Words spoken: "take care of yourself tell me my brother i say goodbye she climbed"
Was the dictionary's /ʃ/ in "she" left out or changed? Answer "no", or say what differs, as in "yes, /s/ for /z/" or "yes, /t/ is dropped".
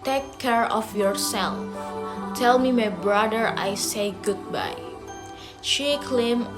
no